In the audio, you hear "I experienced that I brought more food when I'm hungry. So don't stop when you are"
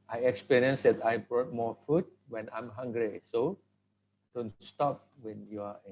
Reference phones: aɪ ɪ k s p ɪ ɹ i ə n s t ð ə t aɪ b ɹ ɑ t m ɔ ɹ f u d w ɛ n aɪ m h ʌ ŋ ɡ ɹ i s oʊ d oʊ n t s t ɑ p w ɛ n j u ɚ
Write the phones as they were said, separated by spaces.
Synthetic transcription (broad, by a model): aɪ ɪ k s p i ɹ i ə n s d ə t aɪ b ɹ ɑ t m ɔ f u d w ɛ n aɪ m h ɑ ŋ ɡ ɹ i s oʊ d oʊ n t s t ɑ p w ɛ n j u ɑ